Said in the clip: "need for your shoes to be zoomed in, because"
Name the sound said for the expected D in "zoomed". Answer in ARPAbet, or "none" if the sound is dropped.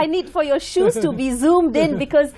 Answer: D